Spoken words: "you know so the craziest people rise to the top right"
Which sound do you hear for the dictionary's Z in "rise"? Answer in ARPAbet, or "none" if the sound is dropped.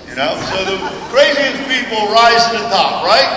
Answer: Z